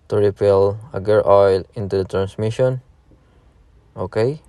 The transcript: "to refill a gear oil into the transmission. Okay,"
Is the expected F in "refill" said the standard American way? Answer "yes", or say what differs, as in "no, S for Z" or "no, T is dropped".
no, P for F